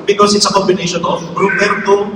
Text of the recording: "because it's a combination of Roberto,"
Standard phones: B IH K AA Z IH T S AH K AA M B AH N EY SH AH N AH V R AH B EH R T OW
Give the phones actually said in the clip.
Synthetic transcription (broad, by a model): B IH K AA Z IH T S AH K AA M B AH N EY SH AH N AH B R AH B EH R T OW